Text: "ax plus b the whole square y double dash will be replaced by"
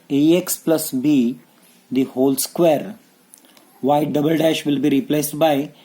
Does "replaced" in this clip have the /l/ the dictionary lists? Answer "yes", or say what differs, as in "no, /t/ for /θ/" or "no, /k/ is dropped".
yes